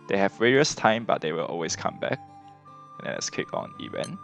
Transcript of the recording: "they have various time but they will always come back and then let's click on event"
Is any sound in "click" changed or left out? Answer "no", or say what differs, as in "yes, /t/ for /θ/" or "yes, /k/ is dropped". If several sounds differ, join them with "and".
yes, /l/ is dropped